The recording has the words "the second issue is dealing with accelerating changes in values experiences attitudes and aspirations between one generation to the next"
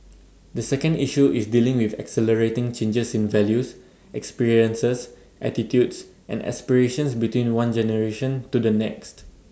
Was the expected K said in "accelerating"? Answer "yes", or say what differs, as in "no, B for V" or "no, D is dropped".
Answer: yes